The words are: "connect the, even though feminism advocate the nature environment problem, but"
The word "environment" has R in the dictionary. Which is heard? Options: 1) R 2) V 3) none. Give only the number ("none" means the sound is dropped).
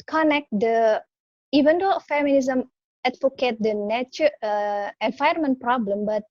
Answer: 3